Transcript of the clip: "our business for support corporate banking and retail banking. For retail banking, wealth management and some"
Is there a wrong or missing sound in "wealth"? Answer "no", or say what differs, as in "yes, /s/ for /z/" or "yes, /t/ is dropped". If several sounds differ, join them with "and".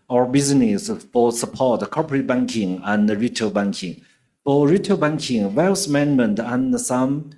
yes, /s/ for /θ/